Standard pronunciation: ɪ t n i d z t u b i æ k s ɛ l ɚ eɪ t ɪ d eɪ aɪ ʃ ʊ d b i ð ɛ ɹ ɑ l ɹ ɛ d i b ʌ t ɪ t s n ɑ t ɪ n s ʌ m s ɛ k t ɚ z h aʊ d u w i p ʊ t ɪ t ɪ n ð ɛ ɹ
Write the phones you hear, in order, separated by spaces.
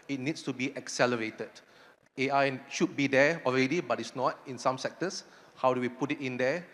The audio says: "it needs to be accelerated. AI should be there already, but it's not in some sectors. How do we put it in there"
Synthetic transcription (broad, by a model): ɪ t n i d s t u b i æ k s ɛ l ɚ eɪ t ɪ d eɪ aɪ ʃ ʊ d b i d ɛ ɑ l ɹ ɛ d i b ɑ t ɪ t s n ɑ t ɪ n s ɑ m s ɛ k t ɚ s h aʊ d u w i p ʊ t ɪ t ɪ n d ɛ